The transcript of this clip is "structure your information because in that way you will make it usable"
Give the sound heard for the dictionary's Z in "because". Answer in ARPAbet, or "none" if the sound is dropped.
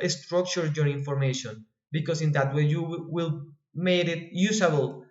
S